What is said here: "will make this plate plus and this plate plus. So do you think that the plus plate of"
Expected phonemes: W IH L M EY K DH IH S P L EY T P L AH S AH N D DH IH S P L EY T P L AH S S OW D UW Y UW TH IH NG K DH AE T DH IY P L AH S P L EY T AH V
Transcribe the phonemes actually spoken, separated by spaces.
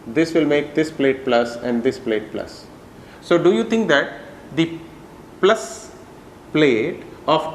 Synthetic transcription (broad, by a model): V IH L M EY K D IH S P L EY T P L AH S AH N D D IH S P L EY T P L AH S S OW D UW Y UW T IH NG K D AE T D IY P L AH S P L EY T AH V